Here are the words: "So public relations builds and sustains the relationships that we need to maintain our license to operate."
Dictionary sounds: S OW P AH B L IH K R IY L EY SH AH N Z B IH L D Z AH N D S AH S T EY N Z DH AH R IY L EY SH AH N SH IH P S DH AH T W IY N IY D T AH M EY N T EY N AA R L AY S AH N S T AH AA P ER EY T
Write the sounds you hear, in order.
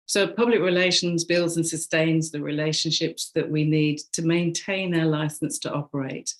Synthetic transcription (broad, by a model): S OW P AH B L IH K R IY L EY SH AH N Z B IH L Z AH N S AH S T EY N Z DH AH R IY L EY SH AH N SH IH P S DH AH T W IY N IY D T AH M EY N T EY N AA L AY S AH N S T AH AA P ER EY T